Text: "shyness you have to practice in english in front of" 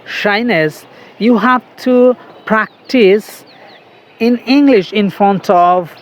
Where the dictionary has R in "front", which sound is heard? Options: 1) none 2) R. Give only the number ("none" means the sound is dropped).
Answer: 1